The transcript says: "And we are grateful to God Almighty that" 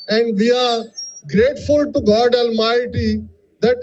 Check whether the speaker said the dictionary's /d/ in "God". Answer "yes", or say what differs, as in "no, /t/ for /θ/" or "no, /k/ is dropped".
yes